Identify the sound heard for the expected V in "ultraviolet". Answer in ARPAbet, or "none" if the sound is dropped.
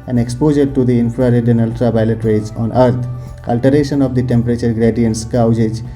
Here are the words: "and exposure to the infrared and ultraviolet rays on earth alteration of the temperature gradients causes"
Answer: P